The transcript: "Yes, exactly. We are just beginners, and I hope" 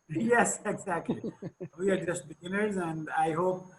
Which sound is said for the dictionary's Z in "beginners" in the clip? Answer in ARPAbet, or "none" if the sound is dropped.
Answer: Z